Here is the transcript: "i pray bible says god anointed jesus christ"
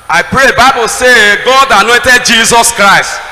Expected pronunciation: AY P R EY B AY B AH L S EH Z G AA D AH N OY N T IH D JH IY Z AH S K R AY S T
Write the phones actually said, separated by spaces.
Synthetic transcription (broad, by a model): AY P R EY B AY B AH L S EH G AA D AH N OY N T IH D JH IY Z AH S K R AY S T